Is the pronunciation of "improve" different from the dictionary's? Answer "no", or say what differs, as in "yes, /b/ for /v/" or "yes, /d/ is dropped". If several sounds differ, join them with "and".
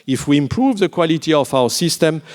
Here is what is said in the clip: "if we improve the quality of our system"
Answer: no